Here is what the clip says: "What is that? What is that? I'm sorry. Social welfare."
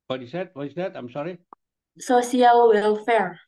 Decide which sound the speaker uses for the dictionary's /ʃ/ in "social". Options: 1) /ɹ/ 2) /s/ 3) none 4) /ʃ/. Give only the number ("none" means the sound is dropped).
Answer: 2